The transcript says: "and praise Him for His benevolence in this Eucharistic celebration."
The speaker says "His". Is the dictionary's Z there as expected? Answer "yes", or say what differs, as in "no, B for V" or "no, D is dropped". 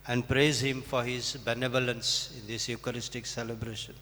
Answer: yes